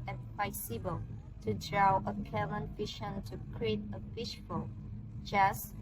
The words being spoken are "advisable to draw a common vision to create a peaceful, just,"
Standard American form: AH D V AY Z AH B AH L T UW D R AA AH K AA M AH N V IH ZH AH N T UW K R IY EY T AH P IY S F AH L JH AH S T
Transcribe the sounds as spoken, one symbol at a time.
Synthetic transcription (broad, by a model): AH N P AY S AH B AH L T UW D R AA AH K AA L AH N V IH SH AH N T UW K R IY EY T AH F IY SH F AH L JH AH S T